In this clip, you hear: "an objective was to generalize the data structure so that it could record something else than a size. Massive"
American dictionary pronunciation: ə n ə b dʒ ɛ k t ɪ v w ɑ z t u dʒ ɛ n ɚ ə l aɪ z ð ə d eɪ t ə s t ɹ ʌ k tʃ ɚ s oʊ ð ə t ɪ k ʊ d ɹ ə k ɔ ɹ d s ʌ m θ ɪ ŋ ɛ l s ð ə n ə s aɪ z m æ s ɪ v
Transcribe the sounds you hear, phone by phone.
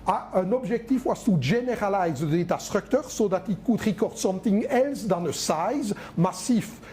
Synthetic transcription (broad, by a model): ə n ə b ʒ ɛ k t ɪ f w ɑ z t u ʒ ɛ n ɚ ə l aɪ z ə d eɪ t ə s t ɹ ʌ k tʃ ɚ s oʊ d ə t ɪ k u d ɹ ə k ɔ ɹ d s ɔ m t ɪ ŋ ɛ l s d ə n ə s aɪ z m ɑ s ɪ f